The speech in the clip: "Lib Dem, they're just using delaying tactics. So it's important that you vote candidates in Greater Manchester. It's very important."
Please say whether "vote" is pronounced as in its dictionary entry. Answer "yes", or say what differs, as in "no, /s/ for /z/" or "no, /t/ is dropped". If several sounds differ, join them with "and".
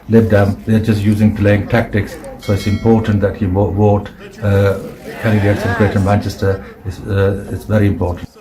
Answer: no, /w/ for /v/